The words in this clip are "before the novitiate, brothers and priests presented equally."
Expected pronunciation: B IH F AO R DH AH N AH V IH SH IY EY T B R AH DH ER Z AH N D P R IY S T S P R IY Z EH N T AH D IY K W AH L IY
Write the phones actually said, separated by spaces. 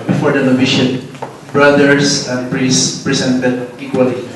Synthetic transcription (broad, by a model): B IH F AO R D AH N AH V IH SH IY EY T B R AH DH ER S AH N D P R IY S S P R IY S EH N T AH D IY K W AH L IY